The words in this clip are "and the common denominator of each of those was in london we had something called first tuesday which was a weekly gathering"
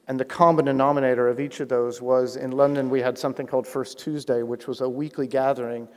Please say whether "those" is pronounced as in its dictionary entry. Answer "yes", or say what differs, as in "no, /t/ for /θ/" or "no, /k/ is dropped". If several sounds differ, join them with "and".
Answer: yes